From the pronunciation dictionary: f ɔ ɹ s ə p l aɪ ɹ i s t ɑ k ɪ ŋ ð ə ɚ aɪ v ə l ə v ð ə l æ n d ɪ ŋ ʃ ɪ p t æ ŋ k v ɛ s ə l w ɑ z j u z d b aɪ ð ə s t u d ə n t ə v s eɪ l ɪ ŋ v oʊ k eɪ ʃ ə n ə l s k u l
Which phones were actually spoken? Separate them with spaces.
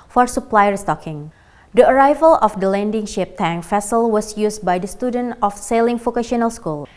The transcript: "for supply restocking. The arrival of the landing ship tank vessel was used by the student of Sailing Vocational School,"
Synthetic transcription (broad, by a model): f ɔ ɹ s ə p l aɪ ɹ i s t ɑ k ɪ ŋ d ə ɚ aɪ v ə l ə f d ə l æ n d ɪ ŋ ʃ ɪ p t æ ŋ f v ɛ s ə l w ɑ s j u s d b aɪ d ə s t u d ə n t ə f s eɪ l ɪ ŋ f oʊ k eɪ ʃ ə n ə l s k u l